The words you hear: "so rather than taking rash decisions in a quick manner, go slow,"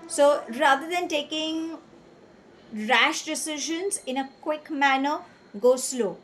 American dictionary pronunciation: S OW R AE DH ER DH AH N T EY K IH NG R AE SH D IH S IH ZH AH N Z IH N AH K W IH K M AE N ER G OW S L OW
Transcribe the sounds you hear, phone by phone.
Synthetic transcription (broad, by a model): S OW R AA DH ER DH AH N T EY K IH NG R AE SH D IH S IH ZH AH N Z IH N AH K W IH K M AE N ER G OW S L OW